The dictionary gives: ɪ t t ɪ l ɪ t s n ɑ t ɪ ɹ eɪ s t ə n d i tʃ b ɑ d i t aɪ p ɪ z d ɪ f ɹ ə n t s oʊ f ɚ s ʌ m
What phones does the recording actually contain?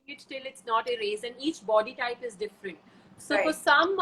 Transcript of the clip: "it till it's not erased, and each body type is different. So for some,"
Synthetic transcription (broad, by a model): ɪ t t ɪ l ɪ t s n ɑ t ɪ ɹ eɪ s ə n d i tʃ b ɑ d i t aɪ p ɪ z d ɪ f ɹ ə n t s oʊ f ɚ s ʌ m